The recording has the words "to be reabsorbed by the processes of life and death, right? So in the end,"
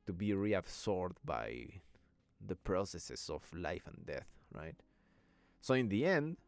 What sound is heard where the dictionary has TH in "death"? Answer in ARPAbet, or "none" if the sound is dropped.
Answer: TH